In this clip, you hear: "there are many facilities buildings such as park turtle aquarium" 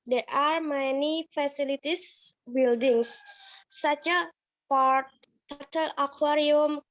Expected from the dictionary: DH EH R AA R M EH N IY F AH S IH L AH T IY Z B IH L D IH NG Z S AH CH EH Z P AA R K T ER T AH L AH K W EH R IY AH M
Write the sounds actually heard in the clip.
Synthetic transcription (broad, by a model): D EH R AA R M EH N IY F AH S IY L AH T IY S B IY L D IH NG S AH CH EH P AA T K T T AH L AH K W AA R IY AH M